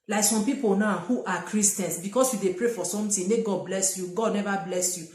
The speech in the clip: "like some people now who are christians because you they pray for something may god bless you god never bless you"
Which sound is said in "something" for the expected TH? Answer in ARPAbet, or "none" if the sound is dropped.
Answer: T